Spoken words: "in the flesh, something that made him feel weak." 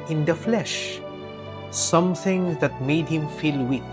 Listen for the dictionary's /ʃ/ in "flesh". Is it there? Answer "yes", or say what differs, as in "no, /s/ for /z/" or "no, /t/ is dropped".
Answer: yes